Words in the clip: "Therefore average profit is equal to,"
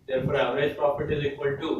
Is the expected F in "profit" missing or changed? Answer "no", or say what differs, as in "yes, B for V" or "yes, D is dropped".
yes, P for F